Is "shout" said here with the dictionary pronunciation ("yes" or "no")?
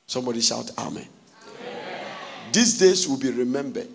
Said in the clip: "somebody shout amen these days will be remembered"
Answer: yes